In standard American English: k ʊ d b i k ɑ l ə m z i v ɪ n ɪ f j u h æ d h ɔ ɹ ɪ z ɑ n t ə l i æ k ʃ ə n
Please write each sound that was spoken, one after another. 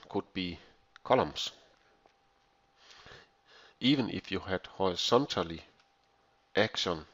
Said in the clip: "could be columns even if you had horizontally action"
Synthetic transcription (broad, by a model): k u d b i k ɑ l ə m s i v ɪ n ɪ f j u h æ d h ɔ ɪ s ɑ n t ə l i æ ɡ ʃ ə n